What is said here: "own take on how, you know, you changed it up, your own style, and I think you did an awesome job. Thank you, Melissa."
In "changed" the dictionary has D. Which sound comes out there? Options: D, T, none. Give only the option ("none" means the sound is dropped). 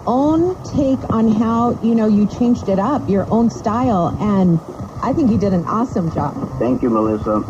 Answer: D